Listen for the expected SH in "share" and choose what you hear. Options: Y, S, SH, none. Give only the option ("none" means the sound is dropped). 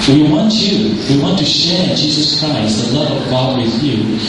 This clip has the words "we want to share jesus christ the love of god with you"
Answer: SH